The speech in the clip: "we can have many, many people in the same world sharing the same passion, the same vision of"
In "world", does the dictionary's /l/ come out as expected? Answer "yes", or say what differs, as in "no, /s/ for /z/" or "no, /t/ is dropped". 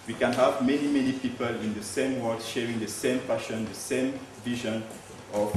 no, /l/ is dropped